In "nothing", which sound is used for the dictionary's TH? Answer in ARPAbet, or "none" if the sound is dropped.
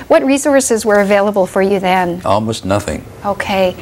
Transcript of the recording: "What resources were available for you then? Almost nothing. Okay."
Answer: TH